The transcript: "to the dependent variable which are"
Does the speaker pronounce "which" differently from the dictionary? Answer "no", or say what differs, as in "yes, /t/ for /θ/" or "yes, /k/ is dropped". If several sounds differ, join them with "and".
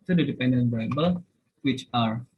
no